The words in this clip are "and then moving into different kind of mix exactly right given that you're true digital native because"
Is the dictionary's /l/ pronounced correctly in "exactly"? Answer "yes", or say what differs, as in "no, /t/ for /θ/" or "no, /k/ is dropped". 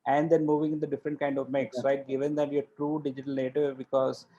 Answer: no, /l/ is dropped